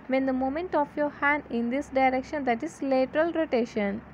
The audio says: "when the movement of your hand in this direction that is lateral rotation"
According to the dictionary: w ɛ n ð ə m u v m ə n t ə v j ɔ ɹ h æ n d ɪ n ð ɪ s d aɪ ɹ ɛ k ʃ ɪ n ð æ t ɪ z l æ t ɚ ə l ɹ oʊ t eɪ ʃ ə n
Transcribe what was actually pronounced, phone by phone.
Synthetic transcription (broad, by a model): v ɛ n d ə m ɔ m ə n t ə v j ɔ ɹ h æ n d ɪ n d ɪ s d aɪ ɹ ɛ k ʃ ɪ n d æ t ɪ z l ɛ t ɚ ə l ɹ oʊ t eɪ ʃ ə n